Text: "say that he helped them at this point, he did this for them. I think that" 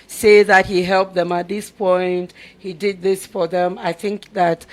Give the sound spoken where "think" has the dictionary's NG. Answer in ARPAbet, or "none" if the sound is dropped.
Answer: NG